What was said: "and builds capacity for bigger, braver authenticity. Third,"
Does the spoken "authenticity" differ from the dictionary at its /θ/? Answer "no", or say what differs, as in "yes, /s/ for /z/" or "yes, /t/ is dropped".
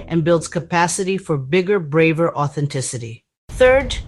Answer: no